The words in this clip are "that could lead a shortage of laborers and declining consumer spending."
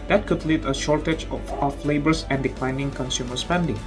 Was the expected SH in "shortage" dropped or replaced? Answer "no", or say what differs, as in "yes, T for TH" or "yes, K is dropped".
no